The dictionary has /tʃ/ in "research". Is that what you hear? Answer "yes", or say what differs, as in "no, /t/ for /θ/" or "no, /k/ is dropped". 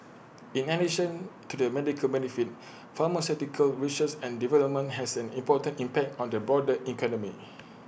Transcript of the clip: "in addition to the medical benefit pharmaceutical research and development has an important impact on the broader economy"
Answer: no, /s/ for /tʃ/